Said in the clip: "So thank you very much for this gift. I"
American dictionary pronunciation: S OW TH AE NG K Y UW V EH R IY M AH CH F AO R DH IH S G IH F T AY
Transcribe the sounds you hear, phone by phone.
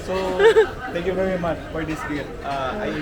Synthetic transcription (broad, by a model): S OW T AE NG K Y UW V EH R IY M AH CH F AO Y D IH S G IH T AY